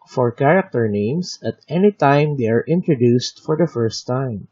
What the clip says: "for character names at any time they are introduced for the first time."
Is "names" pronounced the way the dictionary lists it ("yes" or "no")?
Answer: no